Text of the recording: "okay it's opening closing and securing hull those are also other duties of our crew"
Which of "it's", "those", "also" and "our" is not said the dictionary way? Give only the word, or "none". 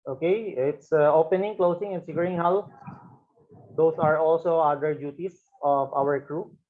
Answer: those